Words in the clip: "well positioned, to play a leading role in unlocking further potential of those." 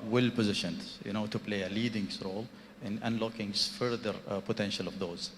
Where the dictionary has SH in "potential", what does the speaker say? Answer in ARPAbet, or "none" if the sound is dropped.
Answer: SH